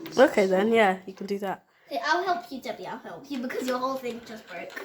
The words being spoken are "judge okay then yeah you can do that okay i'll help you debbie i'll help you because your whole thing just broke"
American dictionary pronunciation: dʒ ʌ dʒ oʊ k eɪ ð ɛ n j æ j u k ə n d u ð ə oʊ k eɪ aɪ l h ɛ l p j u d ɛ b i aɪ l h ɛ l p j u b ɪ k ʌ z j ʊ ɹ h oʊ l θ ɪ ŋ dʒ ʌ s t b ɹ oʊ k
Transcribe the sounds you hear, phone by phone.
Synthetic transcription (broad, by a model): oʊ k eɪ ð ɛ n j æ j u k ə n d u ð ə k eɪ aɪ l h ɛ l p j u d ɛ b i aɪ l h ɛ l p j u b ɪ k ʌ z j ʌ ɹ h oʊ l θ ɪ ŋ dʒ ʌ s t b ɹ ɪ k